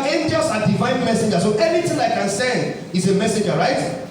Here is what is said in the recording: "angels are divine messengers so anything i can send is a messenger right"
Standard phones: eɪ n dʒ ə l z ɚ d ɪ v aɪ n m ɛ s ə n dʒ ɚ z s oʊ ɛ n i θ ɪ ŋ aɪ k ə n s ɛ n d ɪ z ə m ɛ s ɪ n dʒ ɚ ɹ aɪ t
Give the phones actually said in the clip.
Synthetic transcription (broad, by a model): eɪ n dʒ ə l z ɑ d ɪ v aɪ n m ɛ s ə n dʒ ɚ s oʊ ɛ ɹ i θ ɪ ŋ aɪ k ə n s ɛ n d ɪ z ə m ɛ s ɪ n dʒ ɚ ɹ aɪ t